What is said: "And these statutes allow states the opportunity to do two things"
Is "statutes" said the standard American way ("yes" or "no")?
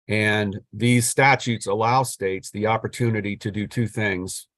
yes